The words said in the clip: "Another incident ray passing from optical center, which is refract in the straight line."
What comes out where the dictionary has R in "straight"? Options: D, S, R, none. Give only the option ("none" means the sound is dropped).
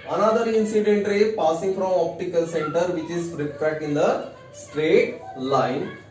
R